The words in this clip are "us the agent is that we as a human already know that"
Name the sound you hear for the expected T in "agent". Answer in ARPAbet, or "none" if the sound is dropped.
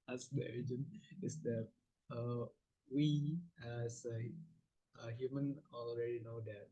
none